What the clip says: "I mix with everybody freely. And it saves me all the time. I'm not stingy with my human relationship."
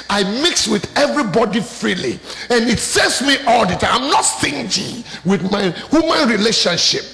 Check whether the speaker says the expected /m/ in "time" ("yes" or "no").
no